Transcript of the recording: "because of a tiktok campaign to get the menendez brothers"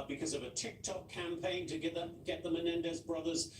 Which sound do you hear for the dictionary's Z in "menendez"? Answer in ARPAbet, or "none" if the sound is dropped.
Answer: Z